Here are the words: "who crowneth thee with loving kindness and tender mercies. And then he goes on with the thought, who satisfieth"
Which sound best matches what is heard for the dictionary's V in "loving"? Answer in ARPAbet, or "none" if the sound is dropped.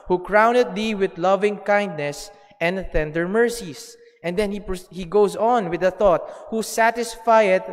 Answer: V